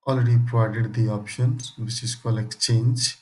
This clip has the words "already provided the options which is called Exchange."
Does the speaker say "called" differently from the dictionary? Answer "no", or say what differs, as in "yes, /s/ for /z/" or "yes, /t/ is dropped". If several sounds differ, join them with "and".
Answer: yes, /d/ is dropped